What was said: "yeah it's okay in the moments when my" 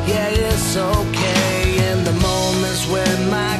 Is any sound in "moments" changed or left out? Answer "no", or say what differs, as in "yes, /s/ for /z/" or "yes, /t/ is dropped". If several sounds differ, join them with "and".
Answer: yes, /s/ is dropped